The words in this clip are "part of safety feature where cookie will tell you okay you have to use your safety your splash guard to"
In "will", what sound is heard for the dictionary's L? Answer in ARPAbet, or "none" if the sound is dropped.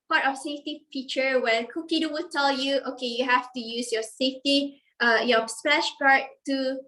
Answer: W